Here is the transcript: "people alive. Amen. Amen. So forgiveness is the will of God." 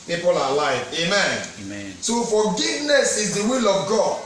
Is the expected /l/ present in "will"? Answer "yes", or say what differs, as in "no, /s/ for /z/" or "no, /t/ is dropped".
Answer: yes